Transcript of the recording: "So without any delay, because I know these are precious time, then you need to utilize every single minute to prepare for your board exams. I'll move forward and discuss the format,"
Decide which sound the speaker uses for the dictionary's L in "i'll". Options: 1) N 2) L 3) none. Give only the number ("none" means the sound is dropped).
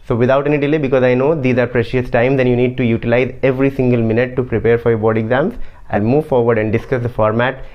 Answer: 1